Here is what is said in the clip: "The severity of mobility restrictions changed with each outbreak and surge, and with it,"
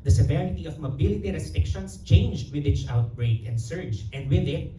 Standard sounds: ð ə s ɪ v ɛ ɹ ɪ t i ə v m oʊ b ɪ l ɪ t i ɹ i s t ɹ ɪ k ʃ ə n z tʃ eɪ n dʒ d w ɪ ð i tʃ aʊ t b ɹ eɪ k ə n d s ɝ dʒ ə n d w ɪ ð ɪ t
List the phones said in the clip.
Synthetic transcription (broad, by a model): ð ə s ɪ v ɛ ɹ ɪ t i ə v m oʊ b ɪ l ɪ t i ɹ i s t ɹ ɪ k ʃ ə n s tʃ eɪ n dʒ d w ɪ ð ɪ s aʊ t b ɹ eɪ k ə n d s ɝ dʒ ə n d w ɪ ð ɪ t